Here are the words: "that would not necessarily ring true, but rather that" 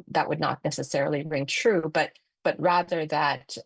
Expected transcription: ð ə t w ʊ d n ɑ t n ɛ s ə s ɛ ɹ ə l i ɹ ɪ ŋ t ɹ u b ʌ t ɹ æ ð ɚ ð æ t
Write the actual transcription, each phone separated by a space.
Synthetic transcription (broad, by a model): ð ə t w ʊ d n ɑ t n ɛ s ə s ɛ ɹ l i ɹ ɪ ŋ t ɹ u b ʌ t ɹ æ ð ɚ ð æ t